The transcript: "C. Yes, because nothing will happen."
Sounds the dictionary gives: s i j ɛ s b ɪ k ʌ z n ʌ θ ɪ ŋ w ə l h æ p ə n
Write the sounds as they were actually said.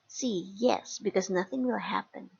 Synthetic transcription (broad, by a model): s i j ɛ s b ɪ k ʌ z n ʌ θ ɪ ŋ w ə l h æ p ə n